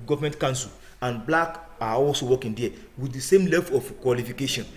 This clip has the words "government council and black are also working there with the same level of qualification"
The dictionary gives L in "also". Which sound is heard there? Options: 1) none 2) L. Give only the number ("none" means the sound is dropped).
2